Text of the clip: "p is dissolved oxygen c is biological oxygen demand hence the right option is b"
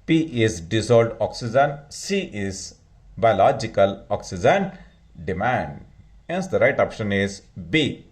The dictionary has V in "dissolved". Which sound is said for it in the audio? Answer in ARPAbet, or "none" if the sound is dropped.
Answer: none